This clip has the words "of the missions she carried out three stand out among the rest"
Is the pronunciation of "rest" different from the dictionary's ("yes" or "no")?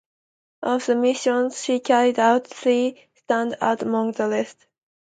yes